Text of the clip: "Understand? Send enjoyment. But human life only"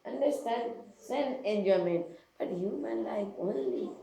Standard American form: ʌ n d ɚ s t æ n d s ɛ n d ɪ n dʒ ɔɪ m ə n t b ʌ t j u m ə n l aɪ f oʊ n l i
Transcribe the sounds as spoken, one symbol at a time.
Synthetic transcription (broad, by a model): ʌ n d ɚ s t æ n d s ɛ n ɪ n dʒ ɔɪ m ə n t b ʌ t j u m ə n l aɪ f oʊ n l i